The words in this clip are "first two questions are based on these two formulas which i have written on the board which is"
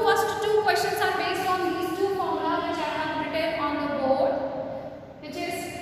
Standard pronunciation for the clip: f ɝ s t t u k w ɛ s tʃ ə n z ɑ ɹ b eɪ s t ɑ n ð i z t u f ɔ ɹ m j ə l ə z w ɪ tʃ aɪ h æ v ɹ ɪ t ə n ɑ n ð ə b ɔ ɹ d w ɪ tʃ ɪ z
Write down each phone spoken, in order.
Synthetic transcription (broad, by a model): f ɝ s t t u k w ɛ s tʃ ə n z ɑ ɹ b eɪ s t ɑ n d i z t u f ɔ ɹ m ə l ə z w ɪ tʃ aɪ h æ b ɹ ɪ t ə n ɑ n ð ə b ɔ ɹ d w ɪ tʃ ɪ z